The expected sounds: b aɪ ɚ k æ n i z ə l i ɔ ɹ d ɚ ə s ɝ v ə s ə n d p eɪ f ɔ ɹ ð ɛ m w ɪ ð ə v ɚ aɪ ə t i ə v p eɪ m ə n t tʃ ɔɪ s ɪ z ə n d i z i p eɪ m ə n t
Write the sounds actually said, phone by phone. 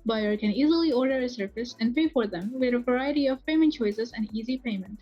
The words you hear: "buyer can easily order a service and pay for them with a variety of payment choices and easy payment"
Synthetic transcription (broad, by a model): b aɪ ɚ k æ n i z ə l i ɔ ɹ d ɚ ə s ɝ f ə s ə n d p eɪ f ɔ ɹ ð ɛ m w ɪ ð ə v ɚ aɪ ə t i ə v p eɪ m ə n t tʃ ɔɪ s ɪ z ə n d i z i p eɪ m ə n t